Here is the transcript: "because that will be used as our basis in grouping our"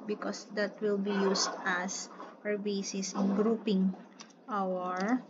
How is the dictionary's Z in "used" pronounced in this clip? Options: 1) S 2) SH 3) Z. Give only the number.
1